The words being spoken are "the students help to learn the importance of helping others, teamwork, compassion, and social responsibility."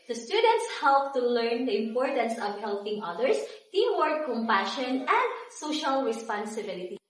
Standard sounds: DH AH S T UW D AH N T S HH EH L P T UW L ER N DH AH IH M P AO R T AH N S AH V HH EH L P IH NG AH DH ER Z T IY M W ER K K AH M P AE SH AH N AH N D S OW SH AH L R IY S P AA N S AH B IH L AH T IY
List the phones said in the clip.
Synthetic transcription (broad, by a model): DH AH S T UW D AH N T S HH EH L P T UW L ER N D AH IH M P AO R T AH N S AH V HH EH L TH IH NG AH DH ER S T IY W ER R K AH M P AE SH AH N AH N D S OW SH AH L R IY S P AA N S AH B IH L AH T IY